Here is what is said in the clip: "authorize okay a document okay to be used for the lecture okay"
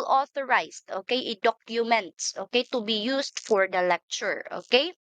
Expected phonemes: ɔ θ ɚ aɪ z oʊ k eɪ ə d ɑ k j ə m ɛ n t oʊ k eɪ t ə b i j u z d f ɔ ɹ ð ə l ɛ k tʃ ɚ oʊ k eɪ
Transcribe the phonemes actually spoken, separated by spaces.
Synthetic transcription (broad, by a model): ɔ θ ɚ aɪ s oʊ k eɪ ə d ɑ k j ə m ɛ n t oʊ k eɪ t ə b i j u s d f ɔ ɹ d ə l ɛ k tʃ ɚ oʊ k eɪ